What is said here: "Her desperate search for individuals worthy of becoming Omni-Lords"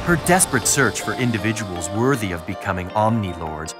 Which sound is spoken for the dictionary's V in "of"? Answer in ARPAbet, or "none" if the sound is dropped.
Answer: V